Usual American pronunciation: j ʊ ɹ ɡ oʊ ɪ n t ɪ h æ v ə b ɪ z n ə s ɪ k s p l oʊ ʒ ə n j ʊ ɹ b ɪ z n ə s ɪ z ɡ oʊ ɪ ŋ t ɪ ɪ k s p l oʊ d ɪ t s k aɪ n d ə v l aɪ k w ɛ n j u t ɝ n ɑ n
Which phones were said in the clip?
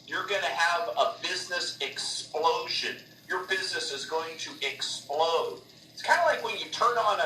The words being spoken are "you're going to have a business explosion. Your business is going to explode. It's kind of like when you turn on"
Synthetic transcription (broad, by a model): j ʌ ɹ ɡ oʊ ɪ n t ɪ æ v ə b ɪ z n ə s ɪ k s p l oʊ ʒ ə n j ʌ ɹ b ɪ z n ə s ɪ z ɡ oʊ ɪ ŋ t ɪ ɪ k s p l oʊ d ɪ t s k aɪ n d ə l aɪ k w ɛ n j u t ɝ n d n